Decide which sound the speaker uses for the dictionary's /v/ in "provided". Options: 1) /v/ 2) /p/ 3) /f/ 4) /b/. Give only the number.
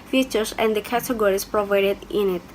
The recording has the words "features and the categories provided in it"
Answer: 1